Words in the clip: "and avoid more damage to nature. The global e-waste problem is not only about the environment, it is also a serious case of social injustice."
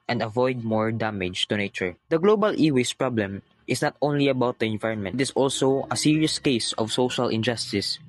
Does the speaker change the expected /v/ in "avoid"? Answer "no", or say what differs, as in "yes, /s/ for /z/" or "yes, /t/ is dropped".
no